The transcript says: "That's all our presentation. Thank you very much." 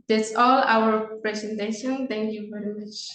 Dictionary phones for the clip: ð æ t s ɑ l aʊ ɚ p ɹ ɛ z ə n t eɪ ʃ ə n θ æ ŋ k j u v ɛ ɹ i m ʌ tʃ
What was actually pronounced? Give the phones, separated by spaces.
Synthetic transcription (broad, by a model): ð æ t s ɑ l aʊ ɚ p ɹ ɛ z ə n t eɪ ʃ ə n t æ ŋ k j u v ɛ ɹ i m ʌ tʃ